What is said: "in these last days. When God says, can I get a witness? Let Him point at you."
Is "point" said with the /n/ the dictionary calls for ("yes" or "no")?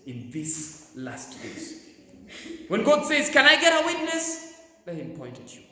yes